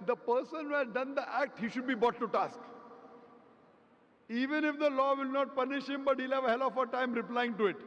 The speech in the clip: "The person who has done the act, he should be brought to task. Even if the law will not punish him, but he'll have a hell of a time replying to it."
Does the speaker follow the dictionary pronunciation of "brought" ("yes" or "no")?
no